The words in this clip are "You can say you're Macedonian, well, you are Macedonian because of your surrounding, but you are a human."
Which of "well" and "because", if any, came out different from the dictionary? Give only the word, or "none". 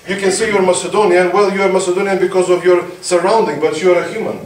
none